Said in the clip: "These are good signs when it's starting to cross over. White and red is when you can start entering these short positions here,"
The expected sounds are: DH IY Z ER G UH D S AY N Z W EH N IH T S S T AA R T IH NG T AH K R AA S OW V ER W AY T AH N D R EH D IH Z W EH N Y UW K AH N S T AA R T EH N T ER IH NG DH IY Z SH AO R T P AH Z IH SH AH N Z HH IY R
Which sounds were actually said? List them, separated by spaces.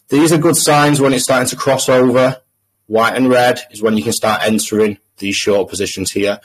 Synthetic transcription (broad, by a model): DH IY Z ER G UH D S AY N Z W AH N IH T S S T AA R T IH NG T AH K R AA S OW V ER W AY T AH N R EH D IH Z W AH N Y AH K AH N S T AA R T EH N T ER IH NG DH IY Z SH AO T P AH Z IH SH AH N Z HH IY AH